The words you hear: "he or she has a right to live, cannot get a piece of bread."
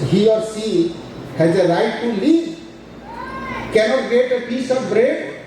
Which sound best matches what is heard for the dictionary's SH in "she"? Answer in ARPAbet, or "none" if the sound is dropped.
S